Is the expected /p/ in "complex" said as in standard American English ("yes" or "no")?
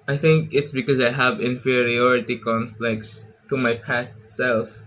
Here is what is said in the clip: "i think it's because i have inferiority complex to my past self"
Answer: no